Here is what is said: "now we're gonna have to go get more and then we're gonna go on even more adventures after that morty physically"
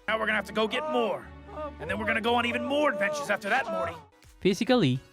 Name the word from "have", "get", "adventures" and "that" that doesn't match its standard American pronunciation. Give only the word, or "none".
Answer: have